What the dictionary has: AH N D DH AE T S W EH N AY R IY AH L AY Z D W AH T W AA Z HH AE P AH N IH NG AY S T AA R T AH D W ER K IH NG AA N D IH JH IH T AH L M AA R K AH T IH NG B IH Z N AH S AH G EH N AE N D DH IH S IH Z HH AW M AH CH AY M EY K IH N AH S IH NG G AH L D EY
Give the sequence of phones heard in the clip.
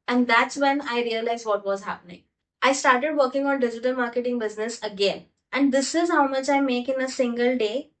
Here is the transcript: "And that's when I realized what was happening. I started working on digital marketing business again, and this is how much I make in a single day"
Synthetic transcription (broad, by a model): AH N D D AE T S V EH N AY R IY AH L AY Z D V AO T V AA Z HH AE P AH N IH NG AY S T AA R T AH D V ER K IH NG AA N D IH JH IH T AH L M AA R K AH T IH NG B IH Z N AH S AH G EH N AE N D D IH S IH Z HH AW M AH CH AY M EY K IH N AH S IH NG G AH L D EY